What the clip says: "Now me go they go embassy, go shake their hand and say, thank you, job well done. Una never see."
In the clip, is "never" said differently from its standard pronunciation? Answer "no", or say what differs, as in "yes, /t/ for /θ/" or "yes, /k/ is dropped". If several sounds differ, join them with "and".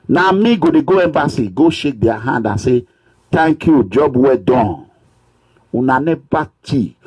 yes, /b/ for /v/